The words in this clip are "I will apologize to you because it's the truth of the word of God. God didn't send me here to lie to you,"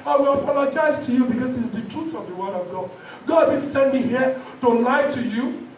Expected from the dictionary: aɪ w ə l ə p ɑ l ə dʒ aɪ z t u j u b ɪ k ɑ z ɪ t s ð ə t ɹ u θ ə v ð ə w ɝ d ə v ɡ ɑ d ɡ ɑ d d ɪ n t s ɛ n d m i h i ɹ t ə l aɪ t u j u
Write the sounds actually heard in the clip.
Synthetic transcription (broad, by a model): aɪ w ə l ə p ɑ l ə dʒ aɪ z t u j u b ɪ k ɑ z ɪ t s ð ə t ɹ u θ ə v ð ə w ɝ d ə v ɡ ɑ d ɡ ɑ d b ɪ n s ɛ n d m i h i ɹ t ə l aɪ t u j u